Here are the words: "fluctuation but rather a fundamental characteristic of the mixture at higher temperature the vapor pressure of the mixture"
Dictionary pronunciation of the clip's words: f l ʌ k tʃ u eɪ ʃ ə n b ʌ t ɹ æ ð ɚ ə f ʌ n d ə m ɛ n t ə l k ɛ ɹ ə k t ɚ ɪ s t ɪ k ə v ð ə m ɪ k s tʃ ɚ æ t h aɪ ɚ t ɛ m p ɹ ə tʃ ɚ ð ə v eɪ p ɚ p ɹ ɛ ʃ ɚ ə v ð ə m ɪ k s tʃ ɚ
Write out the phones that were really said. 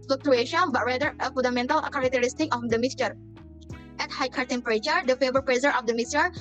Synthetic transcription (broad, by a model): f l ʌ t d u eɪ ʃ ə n b ʌ t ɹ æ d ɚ ə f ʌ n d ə m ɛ n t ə l k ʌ ɹ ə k t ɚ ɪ s t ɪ k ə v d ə m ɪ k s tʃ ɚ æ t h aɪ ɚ t ɛ m p ɹ ə tʃ ɚ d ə f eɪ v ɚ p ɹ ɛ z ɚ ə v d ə m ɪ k s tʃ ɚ